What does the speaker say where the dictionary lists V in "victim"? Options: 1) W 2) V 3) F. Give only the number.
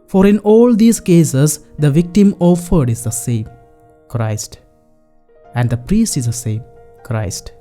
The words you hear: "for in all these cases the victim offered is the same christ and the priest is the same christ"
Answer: 2